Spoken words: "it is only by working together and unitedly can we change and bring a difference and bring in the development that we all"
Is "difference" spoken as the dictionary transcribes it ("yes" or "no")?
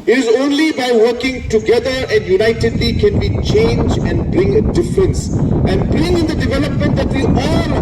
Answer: yes